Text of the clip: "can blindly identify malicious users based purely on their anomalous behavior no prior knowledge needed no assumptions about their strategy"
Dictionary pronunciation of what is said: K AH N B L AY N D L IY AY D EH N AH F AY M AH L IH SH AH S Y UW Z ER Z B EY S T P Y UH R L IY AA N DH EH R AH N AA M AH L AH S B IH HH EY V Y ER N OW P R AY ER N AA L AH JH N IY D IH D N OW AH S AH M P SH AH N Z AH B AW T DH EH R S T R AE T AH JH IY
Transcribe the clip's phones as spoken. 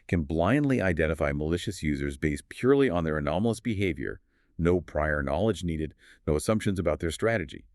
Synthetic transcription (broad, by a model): K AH N B L AY N D L IY AY D EH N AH F AY M AH L IH SH AH S Y UW Z ER Z B EY S T P Y UH R L IY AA N DH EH R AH N AA M L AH S B IH HH EY V Y ER N OW P R AY ER N AA L AH JH N IY D IH D N OW AH S AH M P SH AH N Z AH B AW T DH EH R S T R AE T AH JH IY